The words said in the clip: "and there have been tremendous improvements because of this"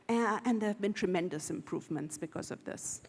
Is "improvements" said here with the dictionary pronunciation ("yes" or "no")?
yes